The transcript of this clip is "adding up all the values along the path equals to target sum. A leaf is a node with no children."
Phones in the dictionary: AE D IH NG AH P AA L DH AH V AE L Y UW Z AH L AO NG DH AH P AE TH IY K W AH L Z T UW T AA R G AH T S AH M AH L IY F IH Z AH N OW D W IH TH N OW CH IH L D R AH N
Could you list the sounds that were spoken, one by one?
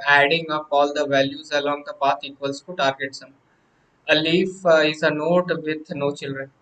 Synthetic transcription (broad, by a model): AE D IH NG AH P AA L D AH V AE L Y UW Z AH L AO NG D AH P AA T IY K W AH L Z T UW T AA R G AH T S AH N AH L IY F IH Z AH N OW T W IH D N OW CH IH L D R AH N